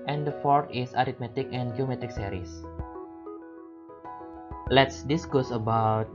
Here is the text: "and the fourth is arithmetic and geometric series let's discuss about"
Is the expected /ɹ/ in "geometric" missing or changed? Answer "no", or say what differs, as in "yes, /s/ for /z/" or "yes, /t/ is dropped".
yes, /ɹ/ is dropped